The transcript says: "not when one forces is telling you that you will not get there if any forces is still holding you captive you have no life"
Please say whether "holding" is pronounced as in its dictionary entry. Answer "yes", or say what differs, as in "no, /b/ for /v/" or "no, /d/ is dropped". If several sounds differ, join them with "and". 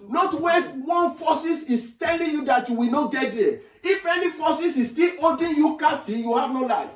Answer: no, /l/ is dropped